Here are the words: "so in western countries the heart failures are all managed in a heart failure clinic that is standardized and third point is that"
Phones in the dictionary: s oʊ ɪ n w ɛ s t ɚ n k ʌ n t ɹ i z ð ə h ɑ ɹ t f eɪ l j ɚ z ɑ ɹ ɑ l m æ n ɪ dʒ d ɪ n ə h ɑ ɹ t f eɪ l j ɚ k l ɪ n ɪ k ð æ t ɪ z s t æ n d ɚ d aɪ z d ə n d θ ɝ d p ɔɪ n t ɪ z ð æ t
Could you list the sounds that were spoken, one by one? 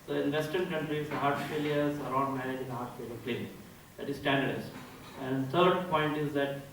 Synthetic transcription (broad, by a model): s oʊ ɪ n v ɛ s t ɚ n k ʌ n t ɹ i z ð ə h ɑ ɹ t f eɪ l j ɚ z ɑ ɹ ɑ n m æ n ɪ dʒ ɪ n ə h ɑ ɹ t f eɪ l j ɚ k l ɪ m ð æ t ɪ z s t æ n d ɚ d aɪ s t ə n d t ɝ d p ɔɪ n t ɪ z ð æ t